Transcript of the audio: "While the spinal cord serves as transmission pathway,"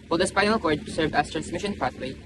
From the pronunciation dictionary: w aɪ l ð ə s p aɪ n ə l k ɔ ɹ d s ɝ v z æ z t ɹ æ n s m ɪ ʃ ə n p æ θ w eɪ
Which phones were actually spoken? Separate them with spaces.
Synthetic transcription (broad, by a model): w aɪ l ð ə s p aɪ n ə l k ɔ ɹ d s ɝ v æ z t ɹ æ n s m ɪ ʃ ə n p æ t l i